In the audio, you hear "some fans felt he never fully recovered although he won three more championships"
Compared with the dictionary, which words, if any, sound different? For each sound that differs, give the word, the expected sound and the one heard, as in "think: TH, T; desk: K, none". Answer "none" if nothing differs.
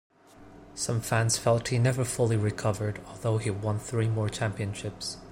none